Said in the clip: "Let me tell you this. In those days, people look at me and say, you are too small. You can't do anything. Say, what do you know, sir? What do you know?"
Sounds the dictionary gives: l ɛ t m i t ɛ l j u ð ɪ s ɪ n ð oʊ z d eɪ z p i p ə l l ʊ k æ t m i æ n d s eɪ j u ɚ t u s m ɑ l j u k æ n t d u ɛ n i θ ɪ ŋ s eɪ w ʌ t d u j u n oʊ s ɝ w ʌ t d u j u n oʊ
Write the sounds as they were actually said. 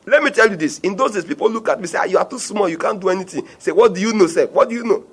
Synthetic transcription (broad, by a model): l ɛ t m i t ɛ l j u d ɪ s ɪ n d oʊ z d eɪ s p i p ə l l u k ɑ t m i s eɪ j u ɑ t u s m ɑ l j u k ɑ n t d u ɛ n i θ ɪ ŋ s eɪ w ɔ t d u j u n oʊ s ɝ w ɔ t d u j u n oʊ